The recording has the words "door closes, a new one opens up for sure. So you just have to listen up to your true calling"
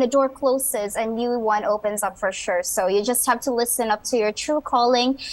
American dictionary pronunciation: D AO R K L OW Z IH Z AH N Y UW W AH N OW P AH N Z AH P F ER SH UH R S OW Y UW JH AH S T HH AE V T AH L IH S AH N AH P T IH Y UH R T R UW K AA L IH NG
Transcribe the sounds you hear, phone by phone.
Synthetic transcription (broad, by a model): D AO R K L OW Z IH Z AH N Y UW W AH N OW P AH N Z AH P F ER SH UH R S OW Y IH JH AH S T HH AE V T AH L IH S AH N AH P T IH Y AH R T R UW K AA L IH NG